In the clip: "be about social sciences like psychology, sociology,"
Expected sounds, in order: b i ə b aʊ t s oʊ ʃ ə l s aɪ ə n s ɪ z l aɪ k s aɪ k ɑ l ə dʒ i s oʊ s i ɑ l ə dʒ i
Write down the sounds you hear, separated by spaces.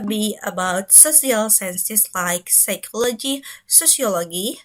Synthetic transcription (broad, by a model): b i ə b aʊ t s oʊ s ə l s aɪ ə n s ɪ s l aɪ k s aɪ k ɑ l ə dʒ i s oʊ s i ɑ l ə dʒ i